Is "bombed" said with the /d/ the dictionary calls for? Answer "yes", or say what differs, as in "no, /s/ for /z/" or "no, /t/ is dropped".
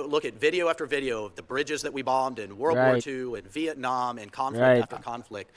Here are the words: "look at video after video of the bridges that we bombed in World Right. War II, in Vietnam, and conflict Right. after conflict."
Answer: yes